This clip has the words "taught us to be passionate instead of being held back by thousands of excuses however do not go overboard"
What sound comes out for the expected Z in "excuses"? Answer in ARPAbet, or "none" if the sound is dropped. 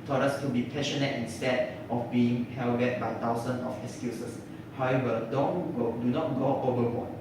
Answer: S